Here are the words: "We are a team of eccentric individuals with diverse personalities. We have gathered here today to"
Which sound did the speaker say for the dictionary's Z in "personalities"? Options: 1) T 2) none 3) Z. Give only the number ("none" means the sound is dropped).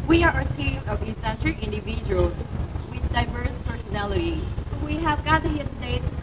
2